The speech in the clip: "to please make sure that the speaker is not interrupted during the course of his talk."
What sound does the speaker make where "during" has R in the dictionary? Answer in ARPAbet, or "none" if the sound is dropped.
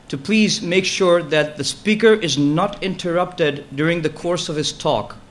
R